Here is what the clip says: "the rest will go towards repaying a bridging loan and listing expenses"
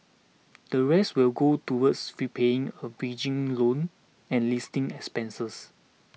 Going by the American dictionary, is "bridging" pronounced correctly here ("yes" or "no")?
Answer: no